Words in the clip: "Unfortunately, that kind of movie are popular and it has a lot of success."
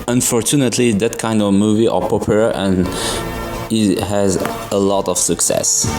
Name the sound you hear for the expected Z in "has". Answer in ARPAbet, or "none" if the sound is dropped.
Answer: Z